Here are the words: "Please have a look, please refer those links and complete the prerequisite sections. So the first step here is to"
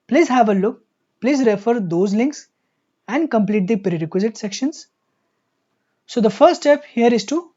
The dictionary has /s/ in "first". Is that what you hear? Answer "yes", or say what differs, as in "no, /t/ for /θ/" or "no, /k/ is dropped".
no, /s/ is dropped